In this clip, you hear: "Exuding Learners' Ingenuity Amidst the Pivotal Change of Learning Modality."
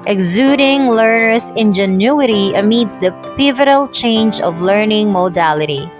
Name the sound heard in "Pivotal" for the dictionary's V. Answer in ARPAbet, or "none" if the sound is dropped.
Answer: V